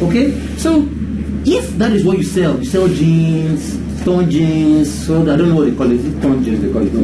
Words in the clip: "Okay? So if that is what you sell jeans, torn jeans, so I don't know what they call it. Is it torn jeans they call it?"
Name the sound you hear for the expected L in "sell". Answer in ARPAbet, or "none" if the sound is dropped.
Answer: L